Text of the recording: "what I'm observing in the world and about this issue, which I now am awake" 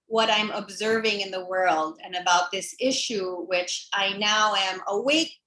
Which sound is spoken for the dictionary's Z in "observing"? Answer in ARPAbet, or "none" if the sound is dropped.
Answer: Z